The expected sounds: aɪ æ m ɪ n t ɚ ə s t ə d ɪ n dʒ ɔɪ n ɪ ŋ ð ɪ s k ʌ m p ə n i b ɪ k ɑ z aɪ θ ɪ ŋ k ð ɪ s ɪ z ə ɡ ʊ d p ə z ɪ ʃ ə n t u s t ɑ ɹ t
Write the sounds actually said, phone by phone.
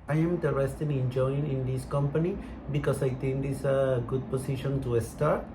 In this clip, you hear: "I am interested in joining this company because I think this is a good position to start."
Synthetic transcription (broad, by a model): aɪ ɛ m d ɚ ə s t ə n ɪ n dʒ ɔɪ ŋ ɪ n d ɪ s k ʌ m p ə n i b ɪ k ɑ s aɪ t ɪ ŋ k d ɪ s ə ɡ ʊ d p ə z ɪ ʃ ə n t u s t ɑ ɹ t